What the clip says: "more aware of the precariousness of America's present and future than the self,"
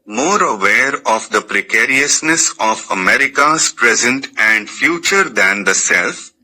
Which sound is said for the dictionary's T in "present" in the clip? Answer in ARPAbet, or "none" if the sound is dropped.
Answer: T